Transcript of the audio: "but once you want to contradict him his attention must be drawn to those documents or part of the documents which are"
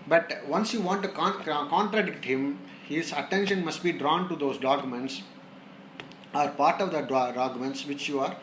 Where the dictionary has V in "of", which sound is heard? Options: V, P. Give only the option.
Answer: V